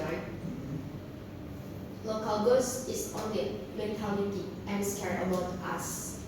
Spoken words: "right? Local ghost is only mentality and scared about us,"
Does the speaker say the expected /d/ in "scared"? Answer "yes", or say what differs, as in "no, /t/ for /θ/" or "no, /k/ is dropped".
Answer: no, /d/ is dropped